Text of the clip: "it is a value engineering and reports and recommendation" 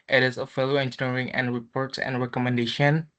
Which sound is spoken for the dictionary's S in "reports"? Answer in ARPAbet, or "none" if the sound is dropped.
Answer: S